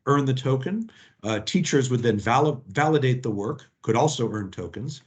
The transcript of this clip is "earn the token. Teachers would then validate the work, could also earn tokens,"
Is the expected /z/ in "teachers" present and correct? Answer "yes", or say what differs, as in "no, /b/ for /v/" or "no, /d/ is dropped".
yes